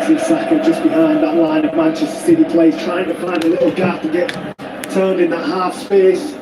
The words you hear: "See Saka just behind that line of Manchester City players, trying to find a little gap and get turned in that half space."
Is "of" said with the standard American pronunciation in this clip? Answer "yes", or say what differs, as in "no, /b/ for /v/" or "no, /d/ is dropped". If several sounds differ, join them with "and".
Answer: yes